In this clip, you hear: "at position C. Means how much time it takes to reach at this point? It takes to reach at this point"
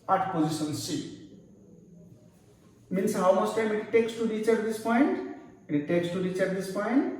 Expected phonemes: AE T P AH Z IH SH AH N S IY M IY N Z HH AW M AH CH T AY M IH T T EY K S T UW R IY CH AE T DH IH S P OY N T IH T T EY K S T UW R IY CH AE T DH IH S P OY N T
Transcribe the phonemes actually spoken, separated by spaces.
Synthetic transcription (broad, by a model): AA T P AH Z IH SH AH N S IY M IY N S HH AW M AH S T AY M IH T T EY K S T UW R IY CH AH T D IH S P OY N T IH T T EY K S T UW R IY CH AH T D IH S P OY N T